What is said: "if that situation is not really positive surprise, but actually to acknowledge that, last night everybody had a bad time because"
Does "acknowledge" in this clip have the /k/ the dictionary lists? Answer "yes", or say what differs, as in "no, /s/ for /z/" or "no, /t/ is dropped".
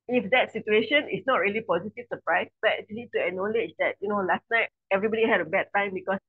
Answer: no, /k/ is dropped